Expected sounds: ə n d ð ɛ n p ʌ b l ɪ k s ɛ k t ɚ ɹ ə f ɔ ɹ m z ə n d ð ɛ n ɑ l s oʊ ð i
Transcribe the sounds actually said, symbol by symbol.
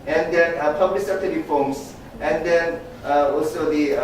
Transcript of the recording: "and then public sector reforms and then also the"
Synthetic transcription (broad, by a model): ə n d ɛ n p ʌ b l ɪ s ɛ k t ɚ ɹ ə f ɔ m s ə n d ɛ n ɑ l s oʊ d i